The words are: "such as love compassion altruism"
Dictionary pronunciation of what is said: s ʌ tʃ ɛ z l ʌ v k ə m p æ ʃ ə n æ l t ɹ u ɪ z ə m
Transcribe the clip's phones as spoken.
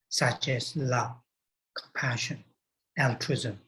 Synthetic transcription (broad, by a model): s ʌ tʃ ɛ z l ʌ v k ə m p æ ʃ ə n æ l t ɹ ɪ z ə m